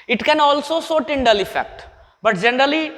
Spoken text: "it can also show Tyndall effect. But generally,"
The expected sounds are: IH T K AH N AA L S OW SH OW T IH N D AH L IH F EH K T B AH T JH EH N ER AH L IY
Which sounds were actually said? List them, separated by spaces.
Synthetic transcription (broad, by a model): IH T K AH N AA L S OW S OW T IH N D AH L IH F EH K T B AH T JH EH N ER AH L IY